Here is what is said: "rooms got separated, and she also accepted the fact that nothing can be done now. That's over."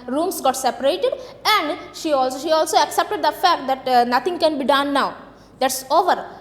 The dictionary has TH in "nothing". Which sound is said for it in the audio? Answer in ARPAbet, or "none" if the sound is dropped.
T